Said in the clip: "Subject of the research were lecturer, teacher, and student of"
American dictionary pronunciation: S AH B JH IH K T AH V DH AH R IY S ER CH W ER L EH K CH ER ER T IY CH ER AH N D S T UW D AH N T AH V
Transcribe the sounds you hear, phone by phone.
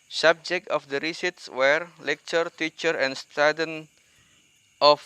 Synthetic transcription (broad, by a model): S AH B JH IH K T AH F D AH R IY S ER S W ER L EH K CH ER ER T IY CH ER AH N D S T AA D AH N T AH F